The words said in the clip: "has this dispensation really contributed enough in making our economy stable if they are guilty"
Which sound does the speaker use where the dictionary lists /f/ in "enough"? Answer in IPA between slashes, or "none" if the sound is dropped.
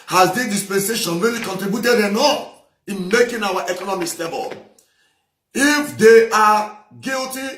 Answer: none